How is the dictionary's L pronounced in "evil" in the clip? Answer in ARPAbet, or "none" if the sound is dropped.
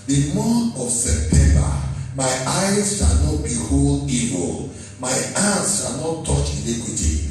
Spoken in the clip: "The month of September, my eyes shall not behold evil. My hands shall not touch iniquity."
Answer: L